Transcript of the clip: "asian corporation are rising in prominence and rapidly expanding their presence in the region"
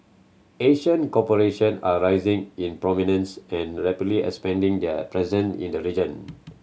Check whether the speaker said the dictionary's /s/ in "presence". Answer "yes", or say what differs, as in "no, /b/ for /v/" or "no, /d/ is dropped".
no, /s/ is dropped